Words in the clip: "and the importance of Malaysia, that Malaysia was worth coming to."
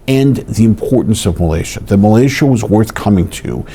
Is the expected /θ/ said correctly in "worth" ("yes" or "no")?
yes